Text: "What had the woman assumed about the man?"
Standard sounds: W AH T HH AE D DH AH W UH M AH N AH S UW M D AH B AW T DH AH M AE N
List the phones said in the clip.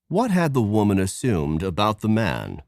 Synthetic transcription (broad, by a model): W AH T HH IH D DH AH W UH M AH N AH S UW M D AH B AW T DH AH M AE N